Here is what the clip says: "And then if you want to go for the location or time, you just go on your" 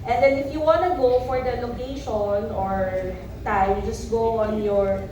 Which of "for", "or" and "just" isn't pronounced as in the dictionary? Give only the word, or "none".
none